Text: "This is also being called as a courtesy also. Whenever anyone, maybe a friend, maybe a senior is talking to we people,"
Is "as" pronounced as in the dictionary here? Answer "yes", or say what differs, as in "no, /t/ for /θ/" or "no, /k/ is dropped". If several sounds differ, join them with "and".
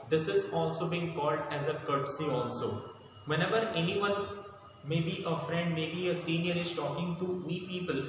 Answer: yes